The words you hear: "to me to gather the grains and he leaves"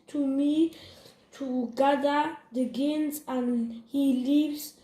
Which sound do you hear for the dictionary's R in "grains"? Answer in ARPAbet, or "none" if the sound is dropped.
none